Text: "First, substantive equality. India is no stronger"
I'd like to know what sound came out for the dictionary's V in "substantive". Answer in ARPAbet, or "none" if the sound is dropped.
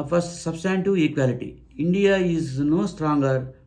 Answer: none